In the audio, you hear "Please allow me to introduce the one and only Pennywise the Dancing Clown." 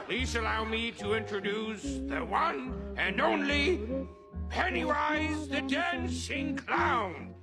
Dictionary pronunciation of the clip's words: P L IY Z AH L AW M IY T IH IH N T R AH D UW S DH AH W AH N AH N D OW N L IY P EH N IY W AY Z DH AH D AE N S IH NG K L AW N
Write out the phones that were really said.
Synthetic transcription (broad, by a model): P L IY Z AH L AW M IY T IH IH N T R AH D UW S DH AH W AH N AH N OW N L IY P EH N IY AY Z DH AH D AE N SH IH NG K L AW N